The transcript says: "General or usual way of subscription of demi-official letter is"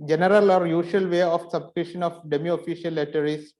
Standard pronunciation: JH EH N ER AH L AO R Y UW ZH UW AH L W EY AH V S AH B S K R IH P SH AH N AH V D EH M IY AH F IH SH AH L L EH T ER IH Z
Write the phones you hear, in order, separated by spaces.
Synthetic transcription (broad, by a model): JH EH N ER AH L AO R Y UW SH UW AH L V EY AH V S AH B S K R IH SH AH N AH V D EH M IY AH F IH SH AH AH L EH T ER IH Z